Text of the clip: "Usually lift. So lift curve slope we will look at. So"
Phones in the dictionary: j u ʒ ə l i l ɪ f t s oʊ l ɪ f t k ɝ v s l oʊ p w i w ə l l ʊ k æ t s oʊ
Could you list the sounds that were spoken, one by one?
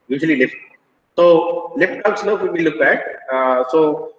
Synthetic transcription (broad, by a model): j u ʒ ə l i l ɪ f t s oʊ l ɪ f t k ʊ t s n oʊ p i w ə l l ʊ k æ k s oʊ